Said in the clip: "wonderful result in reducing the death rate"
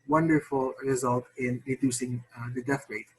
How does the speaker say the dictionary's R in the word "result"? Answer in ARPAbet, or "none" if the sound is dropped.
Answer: R